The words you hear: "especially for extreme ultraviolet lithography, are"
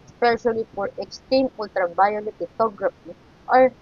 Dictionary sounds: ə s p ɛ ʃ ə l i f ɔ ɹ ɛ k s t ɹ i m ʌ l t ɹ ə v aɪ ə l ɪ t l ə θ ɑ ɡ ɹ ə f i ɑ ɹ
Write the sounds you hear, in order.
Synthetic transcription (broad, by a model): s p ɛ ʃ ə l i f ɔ ɹ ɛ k s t i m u l t ɹ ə b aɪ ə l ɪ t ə t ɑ ɡ ɹ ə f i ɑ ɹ